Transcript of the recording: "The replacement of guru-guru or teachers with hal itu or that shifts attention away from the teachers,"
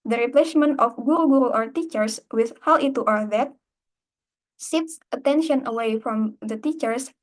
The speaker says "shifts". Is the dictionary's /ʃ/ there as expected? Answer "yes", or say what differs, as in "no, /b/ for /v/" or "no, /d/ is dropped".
no, /s/ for /ʃ/